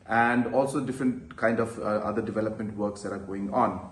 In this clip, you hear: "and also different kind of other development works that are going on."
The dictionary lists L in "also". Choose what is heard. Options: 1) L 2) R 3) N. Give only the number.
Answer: 1